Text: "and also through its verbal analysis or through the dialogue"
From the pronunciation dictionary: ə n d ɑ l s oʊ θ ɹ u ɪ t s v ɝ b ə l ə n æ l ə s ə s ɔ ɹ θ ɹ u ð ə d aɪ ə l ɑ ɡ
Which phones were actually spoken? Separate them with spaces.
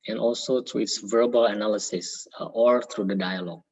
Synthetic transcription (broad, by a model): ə n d ɑ l s oʊ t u ɪ t s v ɝ b ə l ə n æ l ə s ə s ɔ ɹ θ ɹ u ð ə d aɪ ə l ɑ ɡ